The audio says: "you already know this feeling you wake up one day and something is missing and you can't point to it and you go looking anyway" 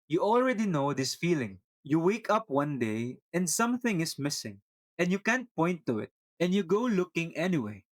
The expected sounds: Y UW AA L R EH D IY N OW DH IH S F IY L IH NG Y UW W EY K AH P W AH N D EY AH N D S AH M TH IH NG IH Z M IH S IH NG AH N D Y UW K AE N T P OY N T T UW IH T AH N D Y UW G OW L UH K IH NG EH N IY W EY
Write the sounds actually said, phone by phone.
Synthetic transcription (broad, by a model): Y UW AA L R EH D IY N OW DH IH S F IY L IH NG Y UW W EY K AH P W AH N D EY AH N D S AH M TH IH NG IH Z M IH S IH NG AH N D Y UW K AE N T P OY N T T UW IH T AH N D Y UW G OW L UH K IH NG EH N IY W EY